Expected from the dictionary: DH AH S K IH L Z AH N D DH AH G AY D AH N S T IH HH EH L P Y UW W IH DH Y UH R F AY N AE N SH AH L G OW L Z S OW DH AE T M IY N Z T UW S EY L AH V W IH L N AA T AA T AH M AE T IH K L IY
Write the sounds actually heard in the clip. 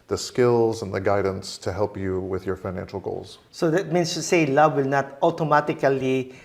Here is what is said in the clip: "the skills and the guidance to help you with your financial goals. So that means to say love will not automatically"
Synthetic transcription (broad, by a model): DH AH S K IH L Z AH N DH AH G AY D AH N S T IH HH EH L P Y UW W IH DH Y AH R F AY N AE N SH L G OW L Z S OW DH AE T M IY N S T UW S EY L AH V W IH L N AA T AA T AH M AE T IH K L IY